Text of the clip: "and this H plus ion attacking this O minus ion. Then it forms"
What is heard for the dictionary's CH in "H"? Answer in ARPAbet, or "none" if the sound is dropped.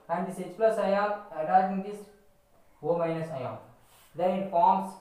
S